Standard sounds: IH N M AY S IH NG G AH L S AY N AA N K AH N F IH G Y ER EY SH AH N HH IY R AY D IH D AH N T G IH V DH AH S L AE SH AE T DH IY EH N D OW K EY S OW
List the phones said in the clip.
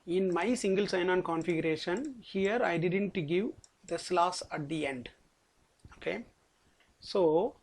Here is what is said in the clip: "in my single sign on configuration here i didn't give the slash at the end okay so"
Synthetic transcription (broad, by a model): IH N M AY S IH NG G AH L S AY N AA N K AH N F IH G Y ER EY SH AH N HH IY R AY D IH D AH N T G IH V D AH S L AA S AE T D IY EH N D OW K EY S OW